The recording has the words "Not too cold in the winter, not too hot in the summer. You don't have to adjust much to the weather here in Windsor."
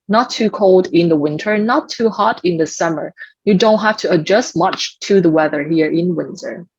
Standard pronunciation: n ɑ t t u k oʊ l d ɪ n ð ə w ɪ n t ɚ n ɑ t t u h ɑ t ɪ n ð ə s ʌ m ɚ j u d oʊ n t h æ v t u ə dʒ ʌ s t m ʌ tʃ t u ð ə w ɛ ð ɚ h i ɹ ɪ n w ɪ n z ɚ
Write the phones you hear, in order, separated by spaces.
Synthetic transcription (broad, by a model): n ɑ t t u k oʊ l d ɪ n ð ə w ɪ n t ɚ n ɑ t t u h ɑ t ɪ n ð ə s ʌ m ɚ j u d oʊ n t h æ f t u ə dʒ ʌ s t m ʌ tʃ t u ð ə w ɛ ð ɚ h i ɹ ɪ n w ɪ n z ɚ